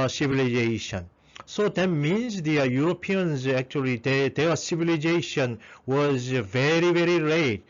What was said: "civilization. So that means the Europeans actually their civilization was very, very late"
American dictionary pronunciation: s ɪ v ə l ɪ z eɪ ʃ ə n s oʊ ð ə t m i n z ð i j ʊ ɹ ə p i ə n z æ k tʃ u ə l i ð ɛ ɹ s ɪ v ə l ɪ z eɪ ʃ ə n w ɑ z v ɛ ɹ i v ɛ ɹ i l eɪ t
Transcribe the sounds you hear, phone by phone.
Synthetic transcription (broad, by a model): s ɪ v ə l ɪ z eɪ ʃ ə n s oʊ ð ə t m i n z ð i j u ɹ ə p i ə n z æ k tʃ u ə l i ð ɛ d s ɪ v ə l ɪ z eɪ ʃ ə n w ɑ z v ɛ ɹ i v ɛ ɹ i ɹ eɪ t